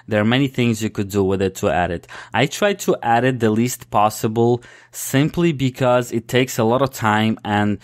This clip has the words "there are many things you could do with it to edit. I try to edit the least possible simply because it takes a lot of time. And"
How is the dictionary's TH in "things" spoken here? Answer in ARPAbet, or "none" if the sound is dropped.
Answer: TH